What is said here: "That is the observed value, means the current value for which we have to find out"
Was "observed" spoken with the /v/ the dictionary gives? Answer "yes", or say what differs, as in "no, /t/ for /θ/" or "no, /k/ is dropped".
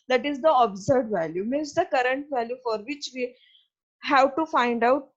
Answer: no, /v/ is dropped